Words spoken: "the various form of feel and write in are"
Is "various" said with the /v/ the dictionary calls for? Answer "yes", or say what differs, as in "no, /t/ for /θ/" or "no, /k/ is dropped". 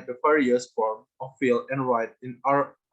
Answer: no, /f/ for /v/